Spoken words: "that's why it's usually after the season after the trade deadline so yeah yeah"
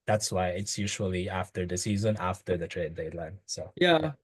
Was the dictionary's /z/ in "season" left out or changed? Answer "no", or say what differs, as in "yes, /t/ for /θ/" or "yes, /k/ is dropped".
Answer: no